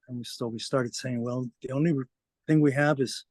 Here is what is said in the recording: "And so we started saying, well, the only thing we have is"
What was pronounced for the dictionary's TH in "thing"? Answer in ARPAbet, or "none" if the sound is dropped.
TH